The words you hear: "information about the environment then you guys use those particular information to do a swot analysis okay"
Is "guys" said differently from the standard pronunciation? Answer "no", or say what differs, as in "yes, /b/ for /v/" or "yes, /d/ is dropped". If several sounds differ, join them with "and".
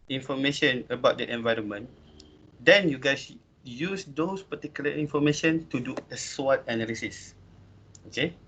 yes, /s/ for /z/